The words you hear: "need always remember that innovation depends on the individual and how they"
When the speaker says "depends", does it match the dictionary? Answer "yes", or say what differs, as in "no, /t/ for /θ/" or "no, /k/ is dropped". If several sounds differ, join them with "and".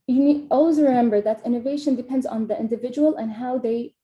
yes